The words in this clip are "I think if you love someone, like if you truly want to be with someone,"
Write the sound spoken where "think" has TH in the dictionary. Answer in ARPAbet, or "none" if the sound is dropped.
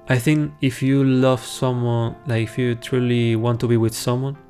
TH